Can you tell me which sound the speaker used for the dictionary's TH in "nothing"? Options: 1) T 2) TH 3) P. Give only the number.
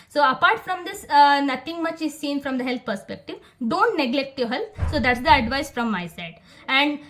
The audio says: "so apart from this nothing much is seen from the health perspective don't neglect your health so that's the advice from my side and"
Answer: 1